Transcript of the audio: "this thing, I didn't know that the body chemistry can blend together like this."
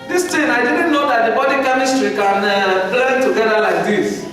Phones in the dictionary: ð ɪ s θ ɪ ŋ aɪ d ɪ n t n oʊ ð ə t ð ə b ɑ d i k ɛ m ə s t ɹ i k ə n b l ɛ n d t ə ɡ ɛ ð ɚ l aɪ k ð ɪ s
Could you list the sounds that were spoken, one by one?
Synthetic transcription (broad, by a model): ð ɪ s t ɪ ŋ aɪ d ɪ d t n oʊ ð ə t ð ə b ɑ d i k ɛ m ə s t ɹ i k ə n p l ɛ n t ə ɡ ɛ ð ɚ l aɪ k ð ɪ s